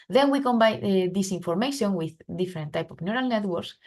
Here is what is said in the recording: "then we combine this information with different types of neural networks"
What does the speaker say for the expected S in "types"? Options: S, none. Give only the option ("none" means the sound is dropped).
none